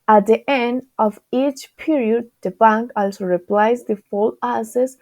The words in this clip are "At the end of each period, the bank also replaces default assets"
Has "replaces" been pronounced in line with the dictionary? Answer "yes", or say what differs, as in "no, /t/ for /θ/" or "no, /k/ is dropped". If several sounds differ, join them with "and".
no, /s/ is dropped